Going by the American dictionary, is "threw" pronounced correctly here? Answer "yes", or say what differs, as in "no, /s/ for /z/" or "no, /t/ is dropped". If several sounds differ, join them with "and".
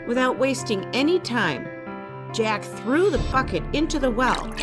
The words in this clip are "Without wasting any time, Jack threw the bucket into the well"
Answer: yes